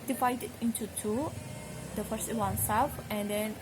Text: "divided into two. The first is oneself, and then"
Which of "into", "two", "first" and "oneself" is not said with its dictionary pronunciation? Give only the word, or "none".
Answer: oneself